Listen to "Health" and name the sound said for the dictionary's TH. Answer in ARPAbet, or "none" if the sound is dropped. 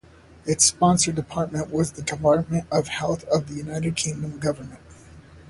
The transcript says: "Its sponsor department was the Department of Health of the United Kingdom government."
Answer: TH